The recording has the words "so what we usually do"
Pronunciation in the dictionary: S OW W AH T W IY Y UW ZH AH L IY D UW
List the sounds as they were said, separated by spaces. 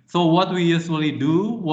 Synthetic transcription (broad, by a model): S OW W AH T W IY Y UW S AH L IY D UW